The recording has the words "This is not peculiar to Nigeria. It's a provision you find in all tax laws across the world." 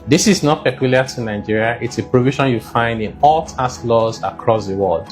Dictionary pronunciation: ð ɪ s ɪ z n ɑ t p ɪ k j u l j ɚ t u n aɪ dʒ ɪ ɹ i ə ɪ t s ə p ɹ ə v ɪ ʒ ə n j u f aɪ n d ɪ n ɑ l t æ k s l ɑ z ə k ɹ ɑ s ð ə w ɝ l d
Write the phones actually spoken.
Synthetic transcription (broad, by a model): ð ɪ s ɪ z n ɑ t p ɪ k j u l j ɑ t u n aɪ dʒ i ɹ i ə ɪ t s ə p ɹ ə v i ʃ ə n j u f aɪ n d ɪ n ɑ l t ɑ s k l ɑ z ə k ɹ ɑ s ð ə w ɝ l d